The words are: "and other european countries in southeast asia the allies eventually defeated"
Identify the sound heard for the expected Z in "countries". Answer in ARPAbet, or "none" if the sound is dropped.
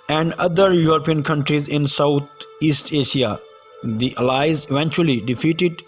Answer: Z